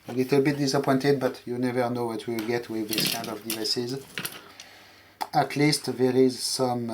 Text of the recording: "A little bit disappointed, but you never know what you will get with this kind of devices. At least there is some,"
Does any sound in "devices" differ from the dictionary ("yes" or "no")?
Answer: no